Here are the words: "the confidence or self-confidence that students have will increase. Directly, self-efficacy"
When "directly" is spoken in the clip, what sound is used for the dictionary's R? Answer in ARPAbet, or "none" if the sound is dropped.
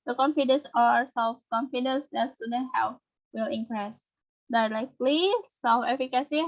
L